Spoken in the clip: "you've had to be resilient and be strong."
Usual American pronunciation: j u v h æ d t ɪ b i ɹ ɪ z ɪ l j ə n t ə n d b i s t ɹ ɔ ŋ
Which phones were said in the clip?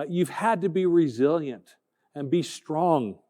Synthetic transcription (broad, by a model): j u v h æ d t ɪ b i ɹ ɪ z ɪ l j ə n t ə n b i s t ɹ ɔ ŋ